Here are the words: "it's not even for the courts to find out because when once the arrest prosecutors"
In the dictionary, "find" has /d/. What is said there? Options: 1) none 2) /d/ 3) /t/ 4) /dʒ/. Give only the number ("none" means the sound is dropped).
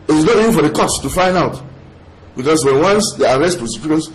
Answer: 2